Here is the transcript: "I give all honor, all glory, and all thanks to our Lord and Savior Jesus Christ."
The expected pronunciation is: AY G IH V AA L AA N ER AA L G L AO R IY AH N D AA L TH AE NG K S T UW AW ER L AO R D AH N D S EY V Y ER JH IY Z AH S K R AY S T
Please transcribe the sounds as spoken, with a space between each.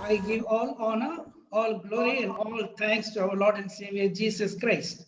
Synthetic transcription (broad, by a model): AY G IH V AA L AA N ER AA L G L AO R IY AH N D AA L T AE NG K S T UW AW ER L AO R D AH N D S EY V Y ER JH IY S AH S K R AY S T